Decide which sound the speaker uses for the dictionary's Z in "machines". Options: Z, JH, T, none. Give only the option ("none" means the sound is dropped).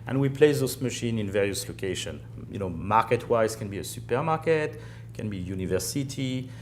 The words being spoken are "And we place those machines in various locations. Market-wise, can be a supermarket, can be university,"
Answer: none